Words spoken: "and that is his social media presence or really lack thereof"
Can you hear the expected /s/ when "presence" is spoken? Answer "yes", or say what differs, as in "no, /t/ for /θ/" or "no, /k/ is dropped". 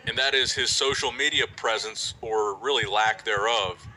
yes